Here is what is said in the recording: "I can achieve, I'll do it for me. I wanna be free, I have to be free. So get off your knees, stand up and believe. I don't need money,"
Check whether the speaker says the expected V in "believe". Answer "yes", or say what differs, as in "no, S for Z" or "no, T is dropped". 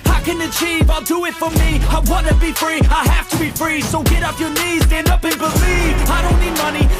no, V is dropped